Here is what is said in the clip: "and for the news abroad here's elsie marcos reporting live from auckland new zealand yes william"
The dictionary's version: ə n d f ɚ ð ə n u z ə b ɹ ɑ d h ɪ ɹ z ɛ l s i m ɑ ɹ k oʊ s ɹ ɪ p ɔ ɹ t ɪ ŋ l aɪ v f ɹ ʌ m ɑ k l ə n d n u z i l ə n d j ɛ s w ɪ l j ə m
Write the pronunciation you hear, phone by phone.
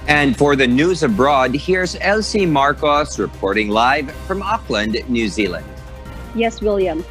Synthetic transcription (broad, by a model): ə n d f ɚ ð ə n u z ə b ɹ ɑ d h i ɹ z ɛ l s i m ɑ ɹ k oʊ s ɹ ɪ p ɔ ɹ t ɪ ŋ l aɪ v f ɹ ʌ m ɑ k l ə n d n u z i l ə n d j ɛ s w ɪ l j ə m